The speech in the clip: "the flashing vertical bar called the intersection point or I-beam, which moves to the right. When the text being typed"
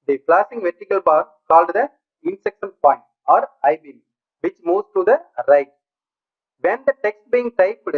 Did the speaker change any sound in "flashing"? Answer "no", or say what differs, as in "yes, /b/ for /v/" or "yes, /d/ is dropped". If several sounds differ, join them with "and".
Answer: yes, /p/ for /f/ and /s/ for /ʃ/